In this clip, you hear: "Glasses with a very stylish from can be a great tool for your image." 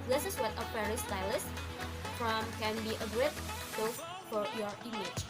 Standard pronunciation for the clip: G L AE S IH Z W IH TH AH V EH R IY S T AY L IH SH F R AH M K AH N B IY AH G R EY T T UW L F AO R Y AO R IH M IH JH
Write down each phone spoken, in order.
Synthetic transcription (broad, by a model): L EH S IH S W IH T AH F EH R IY S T AY L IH S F R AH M K AH N B IY AH G R EY T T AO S F AO R Y AO R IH M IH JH